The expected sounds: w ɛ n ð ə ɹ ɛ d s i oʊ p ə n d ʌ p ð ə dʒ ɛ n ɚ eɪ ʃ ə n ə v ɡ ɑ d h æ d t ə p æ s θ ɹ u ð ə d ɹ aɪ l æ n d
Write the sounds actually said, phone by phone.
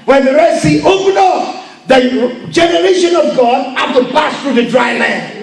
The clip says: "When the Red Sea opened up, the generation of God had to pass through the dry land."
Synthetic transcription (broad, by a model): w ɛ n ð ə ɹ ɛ s i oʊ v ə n ɔ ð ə dʒ ɛ n ɚ eɪ ʃ ə n ə v ɡ ɑ d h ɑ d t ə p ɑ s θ ɹ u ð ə d ɹ aɪ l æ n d